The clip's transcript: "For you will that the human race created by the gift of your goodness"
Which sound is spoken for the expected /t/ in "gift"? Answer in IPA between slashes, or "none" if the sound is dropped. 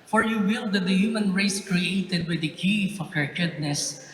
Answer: none